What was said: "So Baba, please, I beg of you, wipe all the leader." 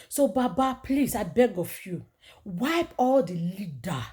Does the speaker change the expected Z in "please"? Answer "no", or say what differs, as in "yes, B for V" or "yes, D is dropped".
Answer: yes, S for Z